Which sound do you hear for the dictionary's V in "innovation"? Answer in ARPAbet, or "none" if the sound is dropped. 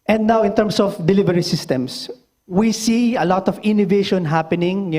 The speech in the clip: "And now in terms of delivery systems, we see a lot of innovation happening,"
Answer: V